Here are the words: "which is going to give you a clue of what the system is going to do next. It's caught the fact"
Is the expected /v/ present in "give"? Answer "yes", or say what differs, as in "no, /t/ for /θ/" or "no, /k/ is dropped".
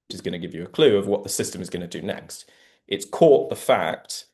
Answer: yes